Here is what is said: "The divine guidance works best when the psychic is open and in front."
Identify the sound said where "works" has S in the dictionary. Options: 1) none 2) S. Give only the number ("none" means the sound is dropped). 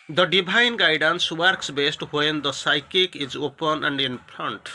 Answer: 2